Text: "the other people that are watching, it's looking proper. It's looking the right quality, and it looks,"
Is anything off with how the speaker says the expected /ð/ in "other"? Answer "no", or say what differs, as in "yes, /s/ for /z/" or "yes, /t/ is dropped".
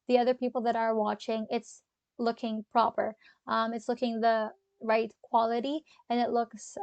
no